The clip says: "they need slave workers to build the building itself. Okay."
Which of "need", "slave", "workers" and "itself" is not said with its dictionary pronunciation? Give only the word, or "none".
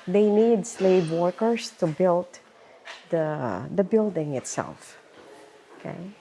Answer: workers